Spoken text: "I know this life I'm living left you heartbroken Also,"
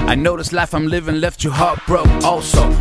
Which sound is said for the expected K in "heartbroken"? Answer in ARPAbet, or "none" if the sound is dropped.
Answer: none